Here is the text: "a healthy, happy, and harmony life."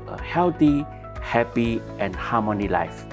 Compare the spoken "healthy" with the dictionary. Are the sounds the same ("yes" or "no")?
no